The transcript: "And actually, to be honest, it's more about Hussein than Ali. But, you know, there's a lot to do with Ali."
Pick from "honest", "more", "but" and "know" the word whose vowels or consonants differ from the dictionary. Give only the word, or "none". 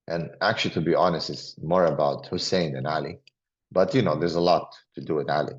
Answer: none